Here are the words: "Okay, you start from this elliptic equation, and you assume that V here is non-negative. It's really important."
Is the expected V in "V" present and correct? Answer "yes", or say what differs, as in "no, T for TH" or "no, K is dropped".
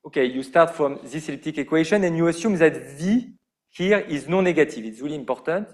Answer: yes